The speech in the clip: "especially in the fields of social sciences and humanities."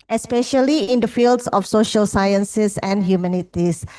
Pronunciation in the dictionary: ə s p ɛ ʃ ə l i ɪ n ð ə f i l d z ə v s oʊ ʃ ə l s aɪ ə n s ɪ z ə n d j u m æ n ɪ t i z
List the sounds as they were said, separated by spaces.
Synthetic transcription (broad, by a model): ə s p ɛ ʃ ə l i ɪ n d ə f i l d s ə f s oʊ ʃ ə l s aɪ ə n s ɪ s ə n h j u m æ n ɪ t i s